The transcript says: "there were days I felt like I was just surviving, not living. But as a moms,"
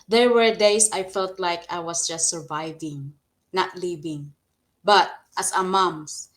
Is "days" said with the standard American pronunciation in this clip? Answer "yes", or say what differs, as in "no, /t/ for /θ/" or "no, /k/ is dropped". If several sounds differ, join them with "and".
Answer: no, /s/ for /z/